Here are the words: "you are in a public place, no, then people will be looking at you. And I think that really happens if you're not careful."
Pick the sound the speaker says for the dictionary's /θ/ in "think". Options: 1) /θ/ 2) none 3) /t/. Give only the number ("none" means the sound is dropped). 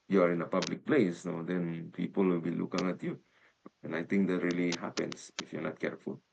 3